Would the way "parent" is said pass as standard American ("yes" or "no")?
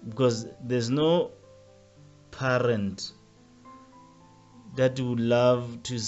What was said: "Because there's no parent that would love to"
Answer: yes